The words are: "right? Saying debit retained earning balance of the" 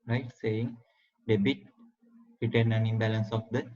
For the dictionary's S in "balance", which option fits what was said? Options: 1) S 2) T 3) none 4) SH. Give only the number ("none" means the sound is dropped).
1